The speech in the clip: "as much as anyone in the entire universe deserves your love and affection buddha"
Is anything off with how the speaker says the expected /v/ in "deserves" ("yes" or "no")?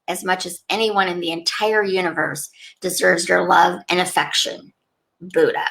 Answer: no